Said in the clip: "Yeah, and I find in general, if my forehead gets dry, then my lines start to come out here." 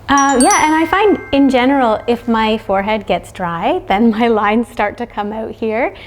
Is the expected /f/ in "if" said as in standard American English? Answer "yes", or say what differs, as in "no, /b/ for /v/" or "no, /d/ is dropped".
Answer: yes